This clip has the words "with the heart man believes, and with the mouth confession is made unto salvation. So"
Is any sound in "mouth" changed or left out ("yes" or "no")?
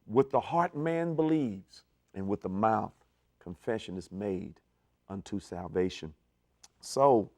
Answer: no